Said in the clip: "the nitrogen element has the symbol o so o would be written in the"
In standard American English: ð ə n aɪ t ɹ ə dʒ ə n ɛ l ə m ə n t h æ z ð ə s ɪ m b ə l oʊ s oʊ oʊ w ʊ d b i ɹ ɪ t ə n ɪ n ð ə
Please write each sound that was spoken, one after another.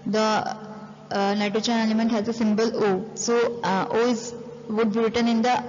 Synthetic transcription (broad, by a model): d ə n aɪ t ə tʃ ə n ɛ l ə m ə n t h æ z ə s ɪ m b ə l oʊ s oʊ oʊ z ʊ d b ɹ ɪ t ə n ɪ n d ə